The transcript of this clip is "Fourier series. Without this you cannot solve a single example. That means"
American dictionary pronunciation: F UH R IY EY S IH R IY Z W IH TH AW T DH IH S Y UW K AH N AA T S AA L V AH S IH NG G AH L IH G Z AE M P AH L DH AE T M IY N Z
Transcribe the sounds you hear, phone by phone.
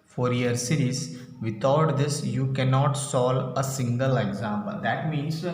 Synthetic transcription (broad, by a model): F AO R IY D S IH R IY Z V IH T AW T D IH S Y UW K AH N AA T S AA L AH S IH NG G AH L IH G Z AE M P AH L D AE T M IY N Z